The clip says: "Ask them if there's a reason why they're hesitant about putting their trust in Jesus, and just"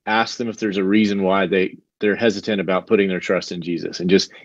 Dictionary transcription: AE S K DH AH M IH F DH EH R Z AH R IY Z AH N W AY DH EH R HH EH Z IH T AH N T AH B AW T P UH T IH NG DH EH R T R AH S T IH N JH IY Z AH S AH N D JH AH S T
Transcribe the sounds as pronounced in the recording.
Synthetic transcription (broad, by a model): AE S K DH AH M IH F DH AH R Z AH R IY Z AH N W AY DH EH R HH EH Z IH T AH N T AH B AW T P UH T IH NG DH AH R T R AH S T IH N JH IY Z AH S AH N JH AH S T